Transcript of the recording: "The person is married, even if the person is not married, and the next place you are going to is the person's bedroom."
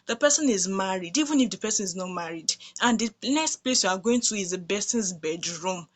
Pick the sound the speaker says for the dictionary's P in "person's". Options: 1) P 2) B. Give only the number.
2